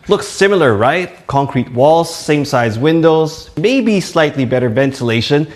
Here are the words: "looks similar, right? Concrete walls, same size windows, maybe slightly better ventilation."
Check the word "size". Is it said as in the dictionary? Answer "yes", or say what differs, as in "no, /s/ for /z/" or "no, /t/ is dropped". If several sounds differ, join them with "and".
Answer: yes